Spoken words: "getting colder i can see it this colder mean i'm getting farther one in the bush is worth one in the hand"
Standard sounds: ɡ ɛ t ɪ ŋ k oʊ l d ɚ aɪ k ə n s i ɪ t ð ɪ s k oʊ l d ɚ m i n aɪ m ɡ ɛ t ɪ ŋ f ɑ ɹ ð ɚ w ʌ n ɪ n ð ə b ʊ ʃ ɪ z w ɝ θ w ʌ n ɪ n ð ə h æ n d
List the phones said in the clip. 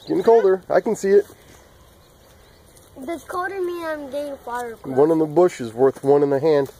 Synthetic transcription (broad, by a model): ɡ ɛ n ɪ k oʊ l d ɚ aɪ k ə n s i ɪ t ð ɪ k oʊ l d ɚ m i aɪ m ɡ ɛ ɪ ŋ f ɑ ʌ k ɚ w ʌ n ɪ n ð ə b ʊ ʃ ɪ z w ɝ θ w ʌ n ɪ n ð ə h æ n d